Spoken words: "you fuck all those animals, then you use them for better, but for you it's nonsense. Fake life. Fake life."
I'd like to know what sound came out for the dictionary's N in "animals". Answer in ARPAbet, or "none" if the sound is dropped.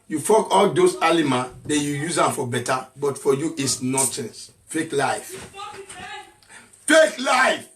L